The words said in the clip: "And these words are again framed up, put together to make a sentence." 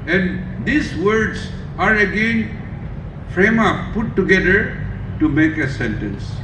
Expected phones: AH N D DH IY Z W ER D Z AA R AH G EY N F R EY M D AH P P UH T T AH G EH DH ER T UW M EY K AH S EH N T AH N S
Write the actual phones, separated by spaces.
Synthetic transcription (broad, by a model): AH N D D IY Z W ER D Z AA R AH G EY N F R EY M AH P P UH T T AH G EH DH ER T UW M EY K AH S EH N T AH N S